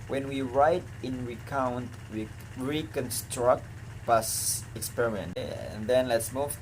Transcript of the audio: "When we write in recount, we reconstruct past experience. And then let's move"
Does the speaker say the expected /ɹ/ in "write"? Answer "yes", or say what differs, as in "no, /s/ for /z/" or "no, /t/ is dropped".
yes